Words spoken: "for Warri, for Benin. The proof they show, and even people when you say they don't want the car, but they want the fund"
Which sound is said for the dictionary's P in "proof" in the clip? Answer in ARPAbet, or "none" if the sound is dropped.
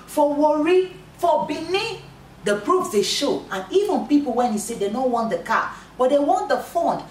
B